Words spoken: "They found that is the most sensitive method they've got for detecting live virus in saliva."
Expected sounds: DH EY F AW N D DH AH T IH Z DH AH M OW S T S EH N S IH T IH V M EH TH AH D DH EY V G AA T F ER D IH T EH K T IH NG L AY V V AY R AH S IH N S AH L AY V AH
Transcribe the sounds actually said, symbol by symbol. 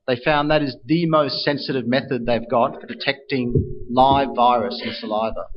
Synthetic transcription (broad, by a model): DH EY F AW N DH AH T IH Z DH AH M OW S T S EH N S IH T IH V M EH TH AH D DH EY V G AA T F ER D IH T EH K T IH NG L AY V V AY R AH S IH N S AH L AY V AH